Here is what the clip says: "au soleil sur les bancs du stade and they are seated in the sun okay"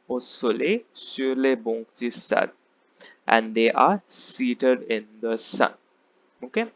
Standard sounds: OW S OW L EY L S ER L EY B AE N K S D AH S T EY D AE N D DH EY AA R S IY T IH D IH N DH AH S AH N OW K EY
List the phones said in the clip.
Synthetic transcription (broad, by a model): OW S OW L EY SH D L EY B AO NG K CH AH S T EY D AE N D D EY AA R S IY T IH D IH N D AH S AH N OW K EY